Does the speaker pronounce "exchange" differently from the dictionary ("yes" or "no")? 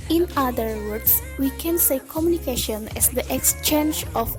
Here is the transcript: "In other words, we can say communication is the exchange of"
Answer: no